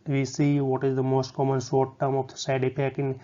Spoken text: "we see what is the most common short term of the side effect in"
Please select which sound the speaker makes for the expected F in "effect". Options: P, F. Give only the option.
P